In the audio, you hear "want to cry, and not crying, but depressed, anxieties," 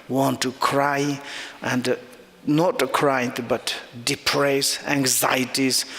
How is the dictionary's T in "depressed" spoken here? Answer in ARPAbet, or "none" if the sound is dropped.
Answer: none